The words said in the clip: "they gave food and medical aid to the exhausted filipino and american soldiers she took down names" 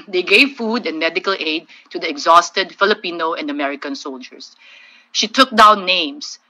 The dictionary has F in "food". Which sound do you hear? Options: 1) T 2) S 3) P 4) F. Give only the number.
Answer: 4